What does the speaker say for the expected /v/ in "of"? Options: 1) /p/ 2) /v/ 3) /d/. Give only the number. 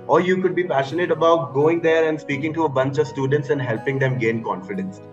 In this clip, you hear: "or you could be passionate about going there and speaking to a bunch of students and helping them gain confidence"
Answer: 2